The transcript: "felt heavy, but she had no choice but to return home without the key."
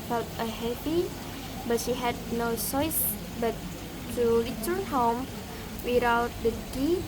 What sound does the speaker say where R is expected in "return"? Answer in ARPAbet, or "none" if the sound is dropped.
L